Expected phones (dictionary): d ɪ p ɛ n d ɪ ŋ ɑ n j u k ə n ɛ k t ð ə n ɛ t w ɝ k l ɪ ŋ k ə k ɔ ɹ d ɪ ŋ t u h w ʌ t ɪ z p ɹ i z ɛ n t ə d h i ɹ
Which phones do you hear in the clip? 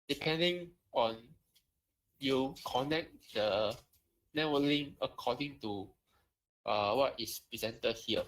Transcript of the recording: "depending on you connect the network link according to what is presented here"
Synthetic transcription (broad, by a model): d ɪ p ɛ n d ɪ ŋ ɑ n j u k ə n ɛ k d ə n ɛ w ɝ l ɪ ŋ ə k ɔ d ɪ ŋ t u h w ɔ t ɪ s p ɹ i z ɛ n t ə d h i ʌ